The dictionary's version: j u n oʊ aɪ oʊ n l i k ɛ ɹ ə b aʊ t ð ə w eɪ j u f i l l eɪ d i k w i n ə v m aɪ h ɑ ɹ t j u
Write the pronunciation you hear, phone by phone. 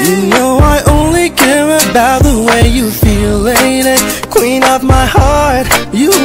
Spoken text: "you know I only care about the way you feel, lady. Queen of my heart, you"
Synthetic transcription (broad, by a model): j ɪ n oʊ aɪ oʊ n l i k ɛ ɹ ə b aʊ t ð ə w eɪ j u f i l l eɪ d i k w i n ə p m aɪ h ɑ ɹ t j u